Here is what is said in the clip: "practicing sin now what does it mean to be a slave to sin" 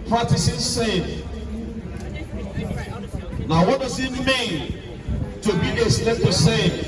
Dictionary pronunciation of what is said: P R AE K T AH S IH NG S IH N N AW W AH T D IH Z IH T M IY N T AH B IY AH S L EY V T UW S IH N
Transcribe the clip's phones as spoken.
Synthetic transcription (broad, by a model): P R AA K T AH S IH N S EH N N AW W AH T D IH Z IH T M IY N T AH B IY AH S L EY P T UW S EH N